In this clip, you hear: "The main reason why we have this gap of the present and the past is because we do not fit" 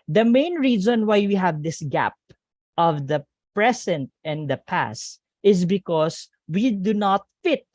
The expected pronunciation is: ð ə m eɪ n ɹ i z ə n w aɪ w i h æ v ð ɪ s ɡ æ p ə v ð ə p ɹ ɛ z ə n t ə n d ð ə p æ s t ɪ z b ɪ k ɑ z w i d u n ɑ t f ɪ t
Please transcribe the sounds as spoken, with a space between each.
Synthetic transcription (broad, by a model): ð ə m eɪ n ɹ i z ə n w aɪ w i h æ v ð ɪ s ɡ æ p ə v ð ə p ɹ ɛ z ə n t ə n d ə p æ s t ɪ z b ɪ k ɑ s w i d u n ɑ t f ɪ t